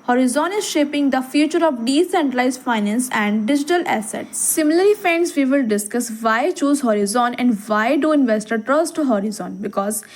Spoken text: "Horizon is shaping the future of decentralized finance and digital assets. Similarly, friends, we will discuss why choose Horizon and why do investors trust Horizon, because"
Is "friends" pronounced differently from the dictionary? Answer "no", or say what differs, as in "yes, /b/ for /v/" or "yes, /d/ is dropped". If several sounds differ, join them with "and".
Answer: yes, /ɹ/ is dropped